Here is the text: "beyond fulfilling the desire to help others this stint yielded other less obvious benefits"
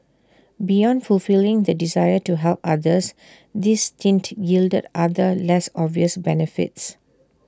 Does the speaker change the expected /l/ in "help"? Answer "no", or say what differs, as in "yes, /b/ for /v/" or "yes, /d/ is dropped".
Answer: no